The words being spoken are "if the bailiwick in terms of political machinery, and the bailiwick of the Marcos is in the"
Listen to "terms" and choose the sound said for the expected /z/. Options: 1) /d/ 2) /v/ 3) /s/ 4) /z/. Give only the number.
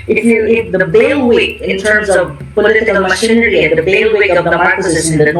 4